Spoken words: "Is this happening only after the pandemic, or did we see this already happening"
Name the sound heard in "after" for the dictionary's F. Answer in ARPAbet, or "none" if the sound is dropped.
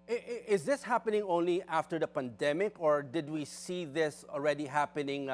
F